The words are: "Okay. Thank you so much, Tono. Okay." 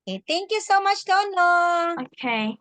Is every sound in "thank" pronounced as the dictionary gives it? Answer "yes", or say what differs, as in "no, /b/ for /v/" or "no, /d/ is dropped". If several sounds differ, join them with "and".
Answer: no, /t/ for /θ/